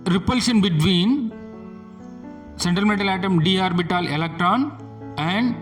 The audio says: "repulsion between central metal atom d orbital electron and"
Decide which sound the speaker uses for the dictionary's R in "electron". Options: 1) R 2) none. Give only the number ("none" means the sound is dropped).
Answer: 1